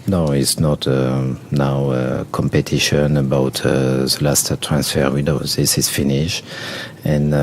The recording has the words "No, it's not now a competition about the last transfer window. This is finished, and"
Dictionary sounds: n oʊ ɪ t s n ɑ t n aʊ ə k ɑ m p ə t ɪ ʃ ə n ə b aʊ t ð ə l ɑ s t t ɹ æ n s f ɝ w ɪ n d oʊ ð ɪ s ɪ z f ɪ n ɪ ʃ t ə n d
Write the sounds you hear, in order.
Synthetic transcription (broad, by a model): n oʊ ɪ t s n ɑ t n aʊ ə k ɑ m p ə t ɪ ʃ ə n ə b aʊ t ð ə l ɑ s t t ɹ æ n s f ɝ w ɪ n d oʊ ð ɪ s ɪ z f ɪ n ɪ ʃ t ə n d